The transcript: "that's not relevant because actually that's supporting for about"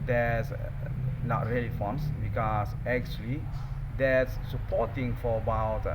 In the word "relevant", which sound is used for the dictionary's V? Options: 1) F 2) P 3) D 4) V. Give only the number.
1